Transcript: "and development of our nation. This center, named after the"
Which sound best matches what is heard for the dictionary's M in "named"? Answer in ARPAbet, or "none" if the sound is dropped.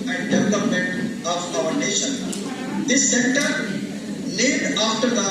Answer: none